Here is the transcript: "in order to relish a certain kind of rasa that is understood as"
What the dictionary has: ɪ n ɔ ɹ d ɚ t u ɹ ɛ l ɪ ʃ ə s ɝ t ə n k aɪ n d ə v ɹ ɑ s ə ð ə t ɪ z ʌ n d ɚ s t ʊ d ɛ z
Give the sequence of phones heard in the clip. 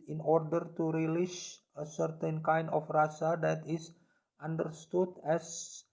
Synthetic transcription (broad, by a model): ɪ n ɔ ɹ d ɚ t u ɹ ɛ l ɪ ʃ ə s ɝ t ə n k aɪ n d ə f ɹ ɑ s ə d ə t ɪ s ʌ n d ɚ s t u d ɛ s